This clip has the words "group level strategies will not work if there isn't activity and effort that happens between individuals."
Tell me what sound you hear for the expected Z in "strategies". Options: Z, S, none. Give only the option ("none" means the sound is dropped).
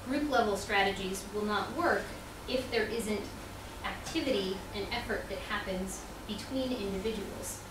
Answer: Z